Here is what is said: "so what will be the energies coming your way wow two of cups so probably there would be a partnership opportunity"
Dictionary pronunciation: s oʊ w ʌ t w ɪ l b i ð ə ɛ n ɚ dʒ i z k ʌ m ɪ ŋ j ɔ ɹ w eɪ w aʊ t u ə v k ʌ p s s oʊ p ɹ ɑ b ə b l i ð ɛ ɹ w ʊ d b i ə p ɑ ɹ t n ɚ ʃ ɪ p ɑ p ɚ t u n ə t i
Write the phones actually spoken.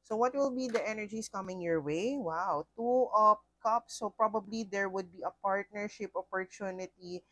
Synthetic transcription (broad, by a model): s oʊ w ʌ t w ɪ l b i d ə ɛ n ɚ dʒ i s k ʌ m ɪ ŋ j ɔ ɹ w eɪ w aʊ t u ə p k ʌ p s s oʊ p ɹ ɑ b ə b l i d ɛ ɹ w ʊ d b i ə p ɑ ɹ t n ɚ ʃ ɪ p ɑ p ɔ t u n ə t i